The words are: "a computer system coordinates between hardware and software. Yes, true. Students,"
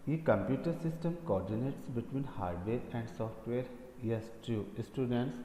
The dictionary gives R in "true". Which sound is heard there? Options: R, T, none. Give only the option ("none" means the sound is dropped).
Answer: none